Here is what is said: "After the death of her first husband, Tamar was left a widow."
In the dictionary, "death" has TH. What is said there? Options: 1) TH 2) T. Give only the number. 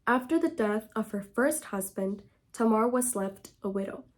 1